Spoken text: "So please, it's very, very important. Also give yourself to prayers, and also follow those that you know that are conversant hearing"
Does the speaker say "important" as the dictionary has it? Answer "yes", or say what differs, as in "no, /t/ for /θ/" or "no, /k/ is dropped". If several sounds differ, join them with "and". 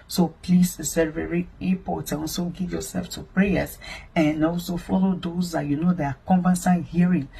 no, /m/ is dropped and /t/ is dropped